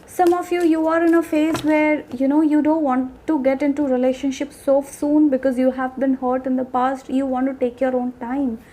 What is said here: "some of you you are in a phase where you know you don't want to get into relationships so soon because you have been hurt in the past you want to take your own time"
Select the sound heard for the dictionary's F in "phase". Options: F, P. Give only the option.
F